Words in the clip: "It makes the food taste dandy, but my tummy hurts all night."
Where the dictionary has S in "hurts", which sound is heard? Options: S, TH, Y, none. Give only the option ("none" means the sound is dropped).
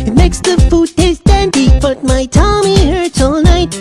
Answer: none